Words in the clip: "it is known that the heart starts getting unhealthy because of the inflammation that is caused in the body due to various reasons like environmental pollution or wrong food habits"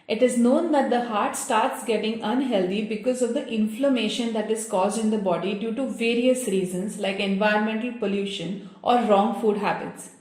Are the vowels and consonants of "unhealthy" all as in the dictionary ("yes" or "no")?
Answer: no